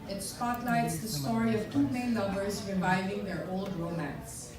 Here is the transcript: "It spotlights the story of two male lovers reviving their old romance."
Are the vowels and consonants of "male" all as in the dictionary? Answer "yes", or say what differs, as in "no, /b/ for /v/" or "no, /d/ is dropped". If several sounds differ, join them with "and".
no, /n/ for /l/